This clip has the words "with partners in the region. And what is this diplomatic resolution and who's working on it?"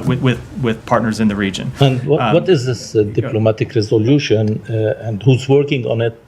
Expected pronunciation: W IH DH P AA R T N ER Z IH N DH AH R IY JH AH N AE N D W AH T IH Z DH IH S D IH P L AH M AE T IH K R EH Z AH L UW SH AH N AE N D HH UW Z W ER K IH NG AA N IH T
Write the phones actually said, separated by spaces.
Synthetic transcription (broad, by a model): W IH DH P AA R T N ER Z IH N DH AH R IY JH AH N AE N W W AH T IH Z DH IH S D IH P L AH M AE T IH K R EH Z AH L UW SH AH N AE N D HH UW Z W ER K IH NG AA N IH T